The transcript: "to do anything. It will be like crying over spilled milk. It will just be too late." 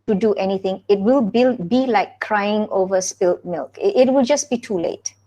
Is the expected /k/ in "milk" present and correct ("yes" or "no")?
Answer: yes